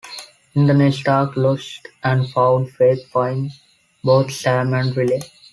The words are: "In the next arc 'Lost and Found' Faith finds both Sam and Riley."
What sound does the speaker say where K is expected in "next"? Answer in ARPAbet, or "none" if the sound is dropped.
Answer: none